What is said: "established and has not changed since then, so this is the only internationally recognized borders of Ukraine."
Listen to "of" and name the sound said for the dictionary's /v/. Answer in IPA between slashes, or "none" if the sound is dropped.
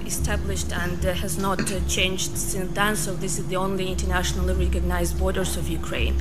/v/